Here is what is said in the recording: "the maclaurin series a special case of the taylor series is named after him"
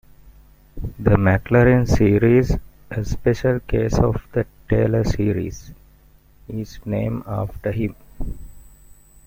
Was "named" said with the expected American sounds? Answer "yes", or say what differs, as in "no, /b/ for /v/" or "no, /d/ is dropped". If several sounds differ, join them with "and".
no, /d/ is dropped